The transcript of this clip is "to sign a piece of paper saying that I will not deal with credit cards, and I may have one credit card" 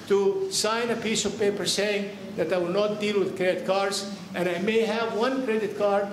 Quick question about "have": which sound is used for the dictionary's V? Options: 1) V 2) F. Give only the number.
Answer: 1